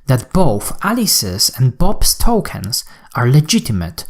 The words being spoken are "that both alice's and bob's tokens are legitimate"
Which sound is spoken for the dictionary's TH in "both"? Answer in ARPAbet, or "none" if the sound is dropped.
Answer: TH